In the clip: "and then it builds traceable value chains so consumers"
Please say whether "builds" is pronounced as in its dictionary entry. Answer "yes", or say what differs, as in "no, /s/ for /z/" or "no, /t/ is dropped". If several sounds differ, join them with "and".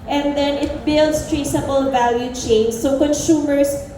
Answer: no, /s/ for /z/